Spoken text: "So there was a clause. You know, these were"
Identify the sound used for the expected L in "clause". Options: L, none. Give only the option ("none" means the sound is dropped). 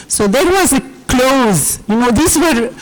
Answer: L